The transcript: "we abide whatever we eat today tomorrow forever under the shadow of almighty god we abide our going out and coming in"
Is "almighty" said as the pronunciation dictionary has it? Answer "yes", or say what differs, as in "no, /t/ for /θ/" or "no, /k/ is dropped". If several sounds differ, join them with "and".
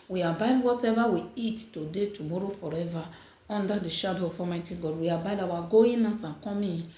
no, /l/ is dropped